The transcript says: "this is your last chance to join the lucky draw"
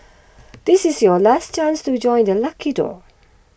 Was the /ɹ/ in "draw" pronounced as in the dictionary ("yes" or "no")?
no